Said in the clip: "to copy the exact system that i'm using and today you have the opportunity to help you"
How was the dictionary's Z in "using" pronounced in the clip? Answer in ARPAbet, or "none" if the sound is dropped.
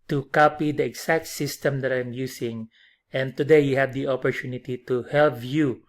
S